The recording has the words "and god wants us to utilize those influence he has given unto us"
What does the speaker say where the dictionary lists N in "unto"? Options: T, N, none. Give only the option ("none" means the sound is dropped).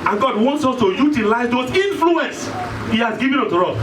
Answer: none